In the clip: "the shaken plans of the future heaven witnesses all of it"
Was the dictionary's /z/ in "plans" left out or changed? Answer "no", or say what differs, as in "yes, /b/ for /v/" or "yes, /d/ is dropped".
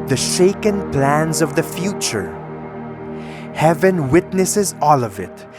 no